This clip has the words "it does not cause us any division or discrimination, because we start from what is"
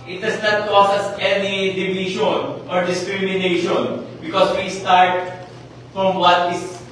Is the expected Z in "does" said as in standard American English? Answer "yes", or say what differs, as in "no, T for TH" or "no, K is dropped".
no, S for Z